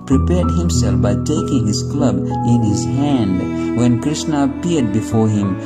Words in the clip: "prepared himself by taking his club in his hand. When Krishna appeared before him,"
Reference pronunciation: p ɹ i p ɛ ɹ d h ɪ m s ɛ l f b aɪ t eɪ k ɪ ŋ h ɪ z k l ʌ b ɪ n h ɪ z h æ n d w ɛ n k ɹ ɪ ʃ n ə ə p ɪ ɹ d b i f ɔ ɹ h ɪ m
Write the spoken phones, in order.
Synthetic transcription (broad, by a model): p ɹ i p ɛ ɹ d h ɪ m s ɛ l f b aɪ t eɪ k ɪ ŋ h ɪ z k l ʌ b ɪ n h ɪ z h æ n d w ɛ n k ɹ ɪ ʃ n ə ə p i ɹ d b i f ɔ ɹ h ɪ m